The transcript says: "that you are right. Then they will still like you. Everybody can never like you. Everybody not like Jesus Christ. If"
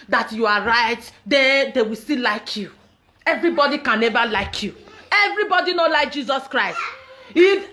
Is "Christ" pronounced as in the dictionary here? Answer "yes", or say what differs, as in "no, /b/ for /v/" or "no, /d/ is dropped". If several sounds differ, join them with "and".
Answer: yes